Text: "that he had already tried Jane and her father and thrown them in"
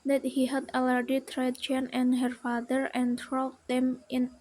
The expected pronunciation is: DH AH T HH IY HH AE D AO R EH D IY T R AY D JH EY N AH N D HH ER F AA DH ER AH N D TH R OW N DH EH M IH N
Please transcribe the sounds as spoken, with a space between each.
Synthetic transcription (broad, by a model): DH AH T HH IY HH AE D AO L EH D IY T R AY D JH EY N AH N HH ER F AA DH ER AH N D R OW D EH M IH N